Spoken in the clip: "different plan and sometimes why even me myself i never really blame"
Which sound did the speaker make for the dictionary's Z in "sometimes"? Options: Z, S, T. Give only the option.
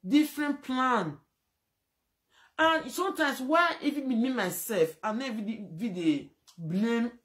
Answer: S